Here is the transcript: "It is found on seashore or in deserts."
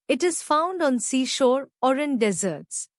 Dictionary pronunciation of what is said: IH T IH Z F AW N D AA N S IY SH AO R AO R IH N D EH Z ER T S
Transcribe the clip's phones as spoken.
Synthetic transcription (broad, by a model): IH T IH Z F AW N D AA N S IY SH AO R AO R IH N D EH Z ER T S